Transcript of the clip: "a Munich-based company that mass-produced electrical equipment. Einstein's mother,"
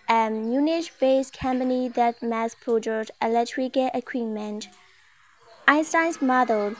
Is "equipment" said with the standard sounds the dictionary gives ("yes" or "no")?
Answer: no